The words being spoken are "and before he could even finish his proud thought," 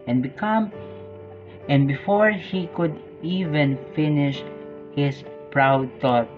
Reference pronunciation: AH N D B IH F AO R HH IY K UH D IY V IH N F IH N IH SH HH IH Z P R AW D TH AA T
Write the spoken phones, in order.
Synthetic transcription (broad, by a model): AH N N B IH F AO R HH IY K UH D IY V IH N F IH N IH SH HH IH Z P R AW D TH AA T